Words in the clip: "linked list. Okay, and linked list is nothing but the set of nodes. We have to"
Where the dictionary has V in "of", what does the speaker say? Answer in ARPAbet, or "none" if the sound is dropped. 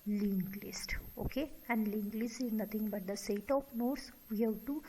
P